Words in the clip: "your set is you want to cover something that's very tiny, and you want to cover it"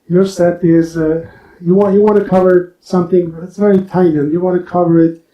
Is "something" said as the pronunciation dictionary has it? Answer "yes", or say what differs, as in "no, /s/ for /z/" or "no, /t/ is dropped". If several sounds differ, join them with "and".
yes